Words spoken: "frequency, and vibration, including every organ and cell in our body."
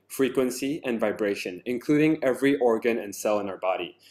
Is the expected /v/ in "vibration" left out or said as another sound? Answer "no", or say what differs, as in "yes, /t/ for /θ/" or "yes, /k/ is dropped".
no